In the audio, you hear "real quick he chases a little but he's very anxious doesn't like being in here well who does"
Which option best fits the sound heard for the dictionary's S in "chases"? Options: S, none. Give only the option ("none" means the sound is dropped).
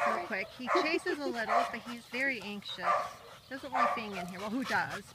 S